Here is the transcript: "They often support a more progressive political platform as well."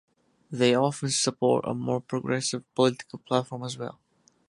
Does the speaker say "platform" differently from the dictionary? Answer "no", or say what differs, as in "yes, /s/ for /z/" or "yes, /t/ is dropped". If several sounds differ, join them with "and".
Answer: no